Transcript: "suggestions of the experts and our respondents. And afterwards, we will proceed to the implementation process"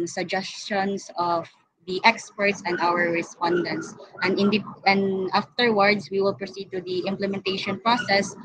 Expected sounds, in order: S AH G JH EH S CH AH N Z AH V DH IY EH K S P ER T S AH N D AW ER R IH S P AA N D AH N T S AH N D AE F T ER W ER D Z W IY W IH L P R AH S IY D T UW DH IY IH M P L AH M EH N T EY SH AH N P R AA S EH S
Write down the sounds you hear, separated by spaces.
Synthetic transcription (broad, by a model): S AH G JH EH S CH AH N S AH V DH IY EH K S P ER T S AH N D AW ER R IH S P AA N D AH N T S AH N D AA F T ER W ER D S W IY W IH L P R AH S IY D T UW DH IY IH M P L AH M EH N T EY SH AH N P R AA S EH S